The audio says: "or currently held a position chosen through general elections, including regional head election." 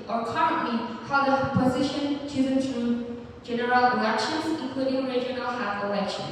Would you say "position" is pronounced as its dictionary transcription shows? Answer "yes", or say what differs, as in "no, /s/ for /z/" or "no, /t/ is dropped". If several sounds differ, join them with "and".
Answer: yes